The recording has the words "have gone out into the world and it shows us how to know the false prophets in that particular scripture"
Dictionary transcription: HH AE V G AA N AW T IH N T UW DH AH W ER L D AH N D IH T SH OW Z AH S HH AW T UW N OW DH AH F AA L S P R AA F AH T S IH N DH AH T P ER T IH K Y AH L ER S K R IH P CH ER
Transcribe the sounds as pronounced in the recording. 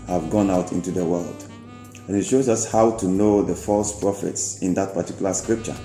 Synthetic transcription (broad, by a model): HH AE V G AA N AW T IH N T UW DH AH W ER L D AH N IH T SH OW Z AH S HH AW T UW N OW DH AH F AA L S P R AA F AH T S IH N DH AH T P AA T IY K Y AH L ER S K R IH P CH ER